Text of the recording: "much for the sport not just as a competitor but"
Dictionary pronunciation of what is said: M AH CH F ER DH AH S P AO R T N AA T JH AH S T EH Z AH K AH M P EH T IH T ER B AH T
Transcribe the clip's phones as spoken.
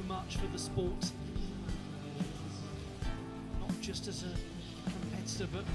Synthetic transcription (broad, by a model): M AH CH F ER DH AH S P AO R T N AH T JH AH S T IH Z AH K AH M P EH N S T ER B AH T